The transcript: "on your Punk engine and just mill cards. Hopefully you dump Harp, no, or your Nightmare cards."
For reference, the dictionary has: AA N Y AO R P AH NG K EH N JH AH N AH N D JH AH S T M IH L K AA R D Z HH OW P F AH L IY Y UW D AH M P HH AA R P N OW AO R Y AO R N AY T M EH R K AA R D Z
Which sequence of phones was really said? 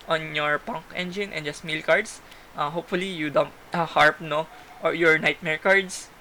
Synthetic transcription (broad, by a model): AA N Y AO R P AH NG K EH N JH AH N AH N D JH AH S T M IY L K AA R D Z HH OW P F AH L IY Y UW D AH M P HH AA R P N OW AO R Y AO R N AY T M EH R K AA R D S